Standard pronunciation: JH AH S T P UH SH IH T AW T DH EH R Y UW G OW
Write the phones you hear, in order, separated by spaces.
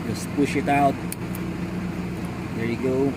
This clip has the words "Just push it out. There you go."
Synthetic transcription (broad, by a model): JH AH S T P UH SH IH T AW T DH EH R Y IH G OW